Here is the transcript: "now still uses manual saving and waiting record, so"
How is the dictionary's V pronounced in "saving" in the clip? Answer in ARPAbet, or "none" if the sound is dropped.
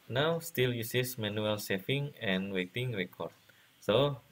F